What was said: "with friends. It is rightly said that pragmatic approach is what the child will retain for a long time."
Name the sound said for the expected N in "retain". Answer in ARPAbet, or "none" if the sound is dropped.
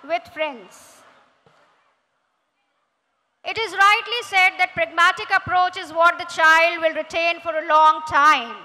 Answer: N